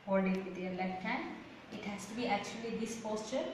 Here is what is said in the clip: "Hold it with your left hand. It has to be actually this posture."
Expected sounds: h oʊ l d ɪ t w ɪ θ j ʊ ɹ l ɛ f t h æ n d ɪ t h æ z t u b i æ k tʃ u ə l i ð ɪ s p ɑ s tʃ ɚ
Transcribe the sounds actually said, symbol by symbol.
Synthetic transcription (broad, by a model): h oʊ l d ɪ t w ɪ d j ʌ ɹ l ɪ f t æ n ɪ t h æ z t u b i æ k tʃ u ə l i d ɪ s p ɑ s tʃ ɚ